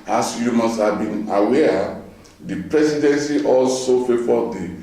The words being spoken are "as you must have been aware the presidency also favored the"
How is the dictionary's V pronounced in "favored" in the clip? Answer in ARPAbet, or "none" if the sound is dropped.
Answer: F